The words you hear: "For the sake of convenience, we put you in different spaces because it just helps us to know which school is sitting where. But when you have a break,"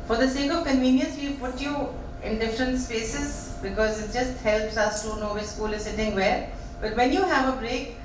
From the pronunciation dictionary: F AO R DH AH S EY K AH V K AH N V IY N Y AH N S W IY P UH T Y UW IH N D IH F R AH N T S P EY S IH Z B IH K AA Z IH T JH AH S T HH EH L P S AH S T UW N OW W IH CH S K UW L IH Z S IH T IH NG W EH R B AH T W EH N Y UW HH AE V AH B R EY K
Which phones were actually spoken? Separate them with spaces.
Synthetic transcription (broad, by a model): F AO R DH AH S EY K AH V K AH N V IY N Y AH N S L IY P UH T Y UW IH N D IH F R AH N T S P EY S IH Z B IH K AA Z IH T JH AH S T HH EH L P S AH S T UW N OW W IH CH S K UW L IH Z S IH T IH NG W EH L B AH T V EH N Y UW HH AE V AH B R EY K